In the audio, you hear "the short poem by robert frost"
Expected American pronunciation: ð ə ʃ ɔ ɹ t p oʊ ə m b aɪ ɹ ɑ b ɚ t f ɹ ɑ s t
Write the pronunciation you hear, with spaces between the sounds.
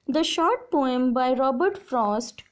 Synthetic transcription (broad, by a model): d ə ʃ ɔ ɹ t p oʊ ə m b aɪ ɹ ɑ b ɚ t f ɹ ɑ s t